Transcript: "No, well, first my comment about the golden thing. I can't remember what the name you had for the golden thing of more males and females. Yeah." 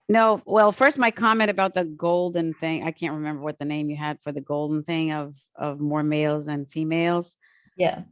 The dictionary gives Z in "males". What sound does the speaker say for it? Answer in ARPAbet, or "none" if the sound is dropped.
Z